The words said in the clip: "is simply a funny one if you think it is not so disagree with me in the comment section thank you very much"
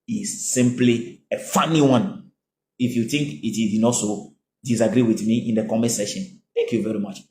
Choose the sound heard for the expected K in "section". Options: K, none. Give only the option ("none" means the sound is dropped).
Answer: none